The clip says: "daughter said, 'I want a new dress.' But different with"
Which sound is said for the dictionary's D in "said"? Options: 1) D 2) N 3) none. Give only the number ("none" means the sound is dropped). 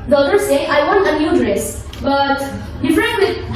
3